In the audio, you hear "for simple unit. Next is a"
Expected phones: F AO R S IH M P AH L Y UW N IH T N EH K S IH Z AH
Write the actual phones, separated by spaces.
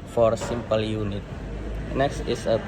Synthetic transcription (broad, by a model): F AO R S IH M P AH L Y UW N IH T N EH K S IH S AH